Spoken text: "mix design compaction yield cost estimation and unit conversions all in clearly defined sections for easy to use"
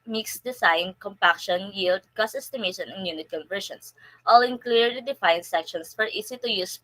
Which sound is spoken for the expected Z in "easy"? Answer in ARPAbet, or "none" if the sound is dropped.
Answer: S